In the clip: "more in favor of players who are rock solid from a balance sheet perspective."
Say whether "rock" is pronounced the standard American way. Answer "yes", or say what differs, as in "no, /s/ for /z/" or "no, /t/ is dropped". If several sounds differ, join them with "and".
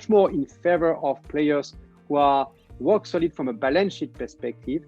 no, /w/ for /ɹ/